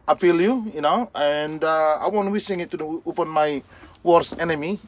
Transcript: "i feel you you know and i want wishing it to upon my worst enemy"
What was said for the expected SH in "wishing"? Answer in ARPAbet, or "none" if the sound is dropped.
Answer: S